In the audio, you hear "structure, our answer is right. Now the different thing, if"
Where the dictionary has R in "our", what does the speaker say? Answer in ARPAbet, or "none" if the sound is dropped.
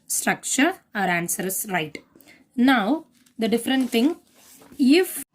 R